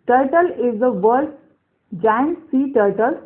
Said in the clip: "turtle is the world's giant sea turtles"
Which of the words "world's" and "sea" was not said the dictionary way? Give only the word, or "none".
world's